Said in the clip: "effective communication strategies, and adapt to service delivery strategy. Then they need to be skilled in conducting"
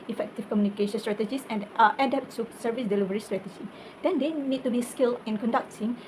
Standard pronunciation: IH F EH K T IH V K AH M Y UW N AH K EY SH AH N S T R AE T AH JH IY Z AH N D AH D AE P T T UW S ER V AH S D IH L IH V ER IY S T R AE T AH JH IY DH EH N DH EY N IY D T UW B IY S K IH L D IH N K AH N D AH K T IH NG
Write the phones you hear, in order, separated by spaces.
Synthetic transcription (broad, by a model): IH F EH K T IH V K AH M Y UW N AH K EY SH AH N S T R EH T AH JH IY S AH N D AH D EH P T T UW S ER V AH S D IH L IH V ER IY S T R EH T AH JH IY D EH N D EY N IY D T UW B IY S K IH L IH N K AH N D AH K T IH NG